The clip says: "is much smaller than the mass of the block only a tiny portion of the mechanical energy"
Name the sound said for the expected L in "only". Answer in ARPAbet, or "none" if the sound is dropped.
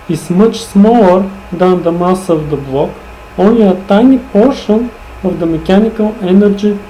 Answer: none